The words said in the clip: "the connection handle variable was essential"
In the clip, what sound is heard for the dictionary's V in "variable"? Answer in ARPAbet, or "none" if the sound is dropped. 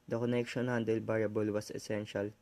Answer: B